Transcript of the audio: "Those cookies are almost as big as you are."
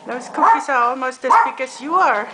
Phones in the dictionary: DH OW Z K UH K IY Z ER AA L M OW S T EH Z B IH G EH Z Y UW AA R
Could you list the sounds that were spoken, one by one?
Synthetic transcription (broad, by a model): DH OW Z K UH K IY S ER AA L M OW S T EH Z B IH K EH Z Y UW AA R